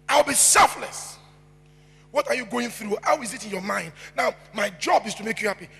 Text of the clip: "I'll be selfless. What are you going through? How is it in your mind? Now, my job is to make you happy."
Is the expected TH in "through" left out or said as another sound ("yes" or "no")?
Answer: no